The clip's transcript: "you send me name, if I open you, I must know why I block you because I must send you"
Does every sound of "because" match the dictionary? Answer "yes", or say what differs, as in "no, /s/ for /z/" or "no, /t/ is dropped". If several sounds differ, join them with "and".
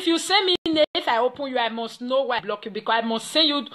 no, /z/ is dropped